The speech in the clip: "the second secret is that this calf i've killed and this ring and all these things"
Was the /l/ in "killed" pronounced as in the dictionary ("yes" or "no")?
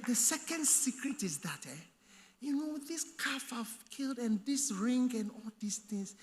yes